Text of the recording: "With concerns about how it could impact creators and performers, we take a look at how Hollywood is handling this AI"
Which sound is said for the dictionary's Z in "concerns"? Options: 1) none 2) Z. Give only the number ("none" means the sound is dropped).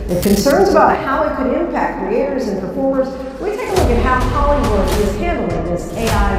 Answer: 2